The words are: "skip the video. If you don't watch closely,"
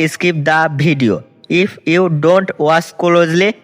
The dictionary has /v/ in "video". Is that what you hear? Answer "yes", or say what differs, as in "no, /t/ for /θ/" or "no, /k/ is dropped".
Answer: no, /b/ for /v/